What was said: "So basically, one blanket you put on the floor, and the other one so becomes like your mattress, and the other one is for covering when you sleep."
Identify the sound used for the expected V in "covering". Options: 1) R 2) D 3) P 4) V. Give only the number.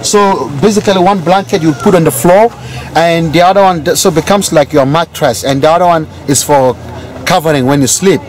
4